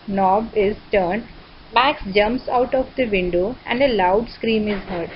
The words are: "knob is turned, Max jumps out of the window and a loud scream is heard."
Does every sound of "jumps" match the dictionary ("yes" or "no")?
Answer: yes